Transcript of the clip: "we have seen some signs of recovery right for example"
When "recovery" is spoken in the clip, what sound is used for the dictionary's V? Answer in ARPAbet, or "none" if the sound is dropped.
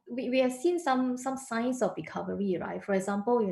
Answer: V